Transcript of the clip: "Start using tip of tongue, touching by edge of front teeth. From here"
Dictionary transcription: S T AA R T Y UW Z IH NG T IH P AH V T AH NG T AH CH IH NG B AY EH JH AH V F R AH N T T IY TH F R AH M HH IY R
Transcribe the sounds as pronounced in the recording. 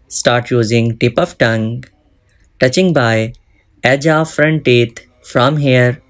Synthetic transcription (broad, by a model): S T AA R T Y UW Z IH NG T IH P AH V T AH NG T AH CH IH NG B AY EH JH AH F R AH N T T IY T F R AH M HH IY R